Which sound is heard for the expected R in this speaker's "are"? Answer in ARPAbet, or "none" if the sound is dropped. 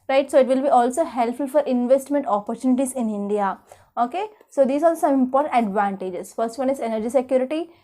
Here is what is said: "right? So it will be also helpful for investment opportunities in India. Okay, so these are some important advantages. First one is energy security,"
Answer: L